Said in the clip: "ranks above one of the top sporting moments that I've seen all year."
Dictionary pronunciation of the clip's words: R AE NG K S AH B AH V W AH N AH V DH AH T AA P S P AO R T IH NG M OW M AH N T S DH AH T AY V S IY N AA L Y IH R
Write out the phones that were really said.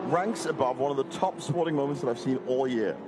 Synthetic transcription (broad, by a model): R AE NG K S AH B AH V W AH N AH V DH AH T AA P S P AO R T IH NG M OW M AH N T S DH AH T AY V S IY N AA L Y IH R